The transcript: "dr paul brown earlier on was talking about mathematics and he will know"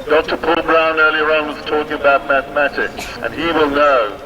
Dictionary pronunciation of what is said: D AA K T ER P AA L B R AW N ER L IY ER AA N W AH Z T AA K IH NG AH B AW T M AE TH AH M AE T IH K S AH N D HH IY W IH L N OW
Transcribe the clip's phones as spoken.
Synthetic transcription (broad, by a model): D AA K T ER P AA L B R AW N ER L IY ER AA N W AH Z T AA K IH NG AH B AW T M AE TH AH M AE T IH K S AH N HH IY W IH L N OW